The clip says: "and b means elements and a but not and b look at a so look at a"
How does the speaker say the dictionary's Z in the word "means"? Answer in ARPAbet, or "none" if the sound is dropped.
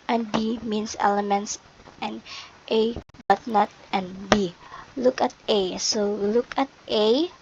S